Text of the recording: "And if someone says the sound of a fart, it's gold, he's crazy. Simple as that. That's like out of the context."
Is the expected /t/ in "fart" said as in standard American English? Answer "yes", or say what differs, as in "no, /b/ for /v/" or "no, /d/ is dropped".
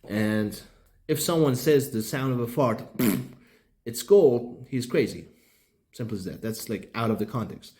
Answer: yes